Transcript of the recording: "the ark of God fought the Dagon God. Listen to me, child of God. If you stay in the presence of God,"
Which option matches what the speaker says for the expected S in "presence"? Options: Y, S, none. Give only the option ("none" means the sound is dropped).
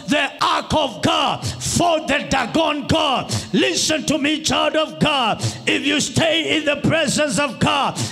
S